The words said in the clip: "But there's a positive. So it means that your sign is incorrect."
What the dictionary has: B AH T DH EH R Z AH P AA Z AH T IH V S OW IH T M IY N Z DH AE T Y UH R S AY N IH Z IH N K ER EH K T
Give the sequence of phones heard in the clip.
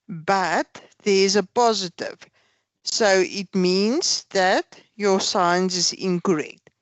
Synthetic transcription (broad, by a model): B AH T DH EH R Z AH P AA Z AH T IH V S OW IH T M IY N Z DH AE T Y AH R S AY N IH Z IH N K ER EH K T